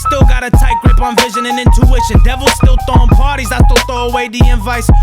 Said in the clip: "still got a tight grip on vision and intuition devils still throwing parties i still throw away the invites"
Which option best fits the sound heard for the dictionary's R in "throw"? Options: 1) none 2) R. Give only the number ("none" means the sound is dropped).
1